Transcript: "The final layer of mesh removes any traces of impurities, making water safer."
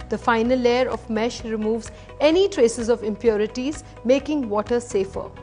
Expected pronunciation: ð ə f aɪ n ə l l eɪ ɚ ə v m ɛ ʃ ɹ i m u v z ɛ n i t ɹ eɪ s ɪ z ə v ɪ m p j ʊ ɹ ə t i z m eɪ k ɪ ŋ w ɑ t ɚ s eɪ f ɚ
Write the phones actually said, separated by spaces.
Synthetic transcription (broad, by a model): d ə f aɪ n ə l l eɪ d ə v m ɛ ʃ ɹ i m u v z ɛ n i t ɹ eɪ s ɪ z ə v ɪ m p j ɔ ɹ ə t i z m eɪ k ɪ ŋ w ɑ t ɚ s eɪ f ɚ